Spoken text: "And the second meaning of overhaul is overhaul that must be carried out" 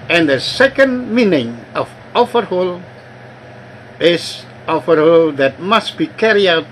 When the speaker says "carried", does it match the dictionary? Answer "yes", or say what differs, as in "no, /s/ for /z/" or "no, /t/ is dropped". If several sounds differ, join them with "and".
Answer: no, /d/ is dropped